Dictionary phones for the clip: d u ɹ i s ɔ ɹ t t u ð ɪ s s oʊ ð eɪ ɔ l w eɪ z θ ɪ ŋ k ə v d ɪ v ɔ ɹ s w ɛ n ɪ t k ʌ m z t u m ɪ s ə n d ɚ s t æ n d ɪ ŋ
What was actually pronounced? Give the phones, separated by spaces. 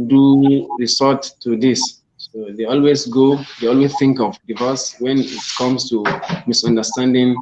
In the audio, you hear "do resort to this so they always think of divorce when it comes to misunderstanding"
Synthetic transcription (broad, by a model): d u ɹ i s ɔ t t u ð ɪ s s oʊ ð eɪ ɔ l w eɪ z θ ɪ ŋ k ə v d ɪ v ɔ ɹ s w ɛ n ɪ t k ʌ m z t u m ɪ s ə n d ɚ s t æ n d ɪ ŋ